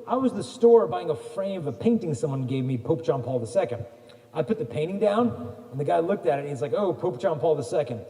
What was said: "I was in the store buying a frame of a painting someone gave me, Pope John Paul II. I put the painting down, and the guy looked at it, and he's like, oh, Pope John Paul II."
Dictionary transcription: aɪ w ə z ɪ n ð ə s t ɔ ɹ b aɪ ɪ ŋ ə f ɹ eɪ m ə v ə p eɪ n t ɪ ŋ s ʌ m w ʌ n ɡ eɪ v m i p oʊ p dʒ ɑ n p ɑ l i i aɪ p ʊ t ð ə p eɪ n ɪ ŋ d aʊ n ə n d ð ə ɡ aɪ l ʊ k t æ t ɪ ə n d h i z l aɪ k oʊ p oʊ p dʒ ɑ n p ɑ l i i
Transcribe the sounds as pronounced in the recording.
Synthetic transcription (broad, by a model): aɪ w ə z ð ə s t ɔ ɹ b aɪ ɪ ŋ ə f ɹ eɪ ə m ə p eɪ n t ɪ ŋ s ʌ m w ʌ n ɡ eɪ v m i p oʊ p ʒ ɑ n p ɑ l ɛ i aɪ p ʊ t ð ə p eɪ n ɪ ŋ d aʊ n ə n ð ə ɡ aɪ l ʊ k t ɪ t ɪ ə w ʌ z l aɪ k oʊ p oʊ p ʒ ɑ n p ɑ l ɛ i